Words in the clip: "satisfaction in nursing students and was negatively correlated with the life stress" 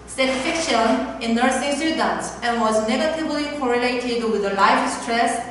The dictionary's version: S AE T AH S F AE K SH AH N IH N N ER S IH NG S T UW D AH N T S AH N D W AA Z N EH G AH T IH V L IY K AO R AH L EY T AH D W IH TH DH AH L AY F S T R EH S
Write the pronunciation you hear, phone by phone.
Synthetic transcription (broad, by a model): S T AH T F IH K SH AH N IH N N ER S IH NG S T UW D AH N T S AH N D W AA Z N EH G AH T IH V L IY K AO R AH L EY T AH D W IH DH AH L AY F S T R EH S